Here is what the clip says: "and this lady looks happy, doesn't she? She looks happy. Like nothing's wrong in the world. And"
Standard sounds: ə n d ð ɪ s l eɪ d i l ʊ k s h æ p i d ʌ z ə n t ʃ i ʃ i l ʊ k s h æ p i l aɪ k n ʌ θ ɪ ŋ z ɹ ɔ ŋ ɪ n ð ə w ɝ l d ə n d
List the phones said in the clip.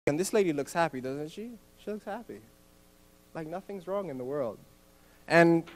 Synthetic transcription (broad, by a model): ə n ð ɪ s l eɪ d i l ʊ k s h æ p i d ʌ z ə n t ʃ i ʃ i l ʊ k s h æ p i l aɪ k n ʌ θ ɪ ŋ z ɹ ɔ ŋ ɪ n ð ə w ɝ l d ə n